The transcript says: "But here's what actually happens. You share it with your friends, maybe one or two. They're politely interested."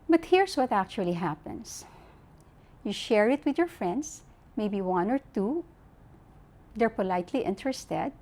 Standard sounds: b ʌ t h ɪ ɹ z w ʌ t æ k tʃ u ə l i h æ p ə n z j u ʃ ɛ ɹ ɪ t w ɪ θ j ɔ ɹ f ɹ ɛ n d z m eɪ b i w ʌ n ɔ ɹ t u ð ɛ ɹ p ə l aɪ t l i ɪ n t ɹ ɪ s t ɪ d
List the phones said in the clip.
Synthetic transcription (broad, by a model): b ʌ t h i ɹ s w ʌ t æ k tʃ u ə l i h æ p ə n s j u ʃ ɛ ɹ ɪ t w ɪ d j ɔ ɹ f ɹ ɛ n d s m eɪ b i w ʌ n ɔ ɹ t u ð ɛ ɹ p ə l aɪ t l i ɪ n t ɹ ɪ s t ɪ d